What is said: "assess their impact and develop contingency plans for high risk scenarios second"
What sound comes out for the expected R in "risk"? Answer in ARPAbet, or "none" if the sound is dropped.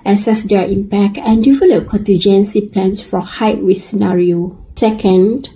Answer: W